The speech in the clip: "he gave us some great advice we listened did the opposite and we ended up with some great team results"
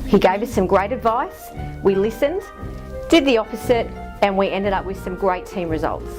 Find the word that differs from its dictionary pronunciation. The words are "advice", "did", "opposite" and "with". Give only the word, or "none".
opposite